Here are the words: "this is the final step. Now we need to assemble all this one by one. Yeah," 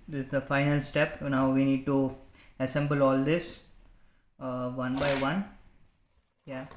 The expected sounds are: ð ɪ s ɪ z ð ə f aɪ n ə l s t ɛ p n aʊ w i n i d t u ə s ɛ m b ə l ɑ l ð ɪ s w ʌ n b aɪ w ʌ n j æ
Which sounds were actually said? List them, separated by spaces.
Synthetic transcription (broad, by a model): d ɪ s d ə f aɪ n ə l s t ɛ p n aʊ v i n i d t u ə s ɛ m b ə l ɑ l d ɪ s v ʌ n b aɪ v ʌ n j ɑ